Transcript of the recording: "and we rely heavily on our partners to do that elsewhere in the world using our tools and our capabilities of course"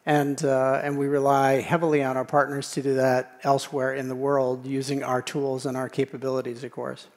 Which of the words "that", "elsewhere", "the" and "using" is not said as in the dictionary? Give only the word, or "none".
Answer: none